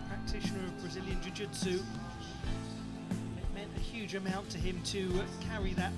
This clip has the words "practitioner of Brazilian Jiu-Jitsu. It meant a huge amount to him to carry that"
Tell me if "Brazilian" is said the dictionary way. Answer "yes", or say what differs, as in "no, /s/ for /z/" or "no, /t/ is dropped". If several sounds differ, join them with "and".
yes